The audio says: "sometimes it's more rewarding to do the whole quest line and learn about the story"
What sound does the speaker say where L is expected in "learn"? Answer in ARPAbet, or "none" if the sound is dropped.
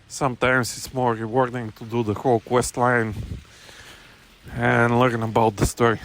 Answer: L